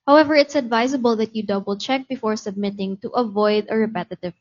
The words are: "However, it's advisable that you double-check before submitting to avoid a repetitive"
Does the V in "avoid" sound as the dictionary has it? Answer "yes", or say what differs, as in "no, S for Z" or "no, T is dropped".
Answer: yes